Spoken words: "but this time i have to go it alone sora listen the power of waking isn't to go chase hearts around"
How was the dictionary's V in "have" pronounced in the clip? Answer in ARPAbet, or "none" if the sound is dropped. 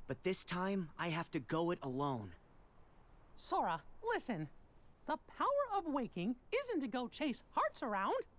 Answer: F